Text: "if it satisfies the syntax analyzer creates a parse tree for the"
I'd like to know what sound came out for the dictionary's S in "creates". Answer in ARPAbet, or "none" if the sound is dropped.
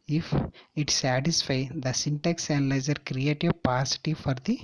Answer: none